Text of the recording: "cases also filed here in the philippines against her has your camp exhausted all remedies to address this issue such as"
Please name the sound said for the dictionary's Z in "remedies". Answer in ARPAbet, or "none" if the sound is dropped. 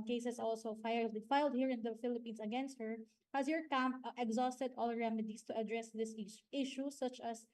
S